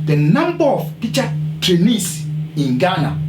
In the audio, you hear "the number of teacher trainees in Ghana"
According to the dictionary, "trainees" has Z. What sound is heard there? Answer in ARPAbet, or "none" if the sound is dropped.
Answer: S